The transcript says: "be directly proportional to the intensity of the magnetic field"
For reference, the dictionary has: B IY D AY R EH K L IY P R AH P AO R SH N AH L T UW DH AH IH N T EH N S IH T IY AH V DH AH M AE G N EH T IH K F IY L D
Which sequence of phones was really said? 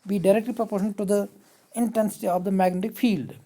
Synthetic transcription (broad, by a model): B IY D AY R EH K L IY P R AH P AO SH AH N T UW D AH IH N T EH N S IH T IY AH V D AH M AE G N EH T IH K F IY L D